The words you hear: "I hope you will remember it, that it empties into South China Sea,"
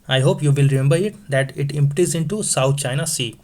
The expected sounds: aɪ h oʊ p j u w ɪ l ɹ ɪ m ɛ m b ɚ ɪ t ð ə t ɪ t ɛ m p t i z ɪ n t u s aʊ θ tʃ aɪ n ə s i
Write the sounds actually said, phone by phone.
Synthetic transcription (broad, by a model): aɪ h oʊ p j u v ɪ l ɹ ɪ m ɛ m b ɚ ɪ t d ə t ɪ t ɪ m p t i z ɪ n t u s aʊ t tʃ aɪ n ə s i